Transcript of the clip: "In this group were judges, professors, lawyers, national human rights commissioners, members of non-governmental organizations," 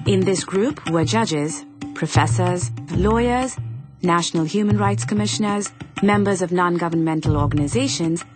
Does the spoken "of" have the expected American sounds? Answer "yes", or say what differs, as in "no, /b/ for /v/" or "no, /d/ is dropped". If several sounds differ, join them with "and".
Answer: yes